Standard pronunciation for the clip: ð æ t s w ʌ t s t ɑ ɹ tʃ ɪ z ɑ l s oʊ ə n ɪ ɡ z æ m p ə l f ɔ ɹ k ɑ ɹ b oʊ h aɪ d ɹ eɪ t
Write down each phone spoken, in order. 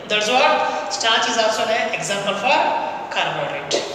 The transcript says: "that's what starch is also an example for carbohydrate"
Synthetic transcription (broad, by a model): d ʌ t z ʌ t s t ɑ ɹ tʃ ɪ z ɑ s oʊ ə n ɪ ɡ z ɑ m p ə l f ɔ ɹ k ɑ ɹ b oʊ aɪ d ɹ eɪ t